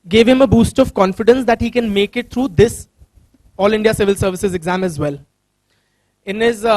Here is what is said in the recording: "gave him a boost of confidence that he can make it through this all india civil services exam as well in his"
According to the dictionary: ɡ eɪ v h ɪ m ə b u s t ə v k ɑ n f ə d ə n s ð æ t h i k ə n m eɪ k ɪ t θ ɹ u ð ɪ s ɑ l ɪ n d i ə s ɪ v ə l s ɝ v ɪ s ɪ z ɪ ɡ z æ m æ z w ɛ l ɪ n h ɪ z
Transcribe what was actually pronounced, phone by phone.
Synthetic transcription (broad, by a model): ɡ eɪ v h ɪ m ə b u s t ə v k ɑ n f ə d ə n s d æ t h i k ə n m eɪ k ɪ t t ɹ u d ɪ s ɑ l ɪ n d i ə s ɪ v ə l s ɝ v ɪ s ɪ z ɪ ɡ z æ m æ z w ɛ l ɪ n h ɪ z